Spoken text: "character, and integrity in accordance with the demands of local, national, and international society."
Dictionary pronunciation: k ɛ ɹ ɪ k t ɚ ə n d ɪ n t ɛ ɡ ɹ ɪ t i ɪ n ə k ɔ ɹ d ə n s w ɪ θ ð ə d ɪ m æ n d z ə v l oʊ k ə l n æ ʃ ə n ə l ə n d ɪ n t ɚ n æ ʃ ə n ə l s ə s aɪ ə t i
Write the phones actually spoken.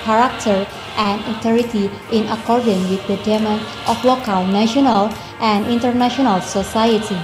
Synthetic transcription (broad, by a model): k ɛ ɹ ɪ k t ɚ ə n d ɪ t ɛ ɹ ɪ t i ɪ n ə k ɔ ɹ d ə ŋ w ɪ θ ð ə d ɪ m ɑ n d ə f l oʊ k ə l n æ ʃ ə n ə l ə n d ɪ n t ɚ n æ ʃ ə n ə l s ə s aɪ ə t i